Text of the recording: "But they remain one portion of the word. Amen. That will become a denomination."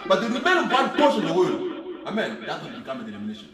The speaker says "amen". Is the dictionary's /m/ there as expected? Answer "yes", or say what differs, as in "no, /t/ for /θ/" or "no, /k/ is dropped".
yes